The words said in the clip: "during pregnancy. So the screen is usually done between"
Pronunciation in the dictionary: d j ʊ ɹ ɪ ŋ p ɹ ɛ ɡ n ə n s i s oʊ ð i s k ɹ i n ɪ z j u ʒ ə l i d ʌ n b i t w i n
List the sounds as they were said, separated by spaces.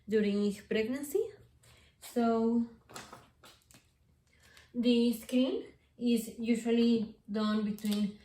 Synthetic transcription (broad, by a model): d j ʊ ɹ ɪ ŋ p ɹ ɛ ɡ n ə n s i s oʊ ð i s k i l ɪ z j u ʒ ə l i d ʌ n b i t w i n